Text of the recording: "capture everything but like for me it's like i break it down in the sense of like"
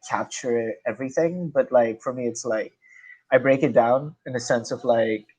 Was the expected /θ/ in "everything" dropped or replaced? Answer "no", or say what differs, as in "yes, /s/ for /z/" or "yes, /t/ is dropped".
no